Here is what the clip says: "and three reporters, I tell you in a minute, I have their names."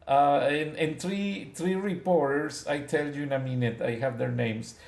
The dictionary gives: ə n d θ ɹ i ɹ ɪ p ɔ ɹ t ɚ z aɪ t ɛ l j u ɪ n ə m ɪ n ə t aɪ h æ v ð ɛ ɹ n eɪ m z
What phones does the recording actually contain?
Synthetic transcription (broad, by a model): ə n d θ ɹ i ɹ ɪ p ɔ ɹ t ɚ s aɪ t ɛ l j u ɪ n ə m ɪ n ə t aɪ h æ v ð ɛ ɹ n eɪ m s